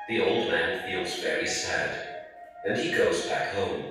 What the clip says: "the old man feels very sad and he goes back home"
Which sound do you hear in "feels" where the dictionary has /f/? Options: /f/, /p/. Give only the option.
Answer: /f/